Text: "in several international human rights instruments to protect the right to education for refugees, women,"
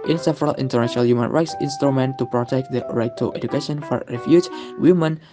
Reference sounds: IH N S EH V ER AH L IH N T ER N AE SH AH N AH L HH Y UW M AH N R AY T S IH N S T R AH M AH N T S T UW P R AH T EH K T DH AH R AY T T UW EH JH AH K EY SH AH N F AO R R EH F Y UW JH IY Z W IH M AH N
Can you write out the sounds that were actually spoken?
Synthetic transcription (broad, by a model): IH N S EH V ER AH L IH N T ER N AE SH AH N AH L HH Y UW M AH N R AY T S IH N S T R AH M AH N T T UW P R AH T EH K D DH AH R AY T T UW EH JH AH K EY SH AH N F AO R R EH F Y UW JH W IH M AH N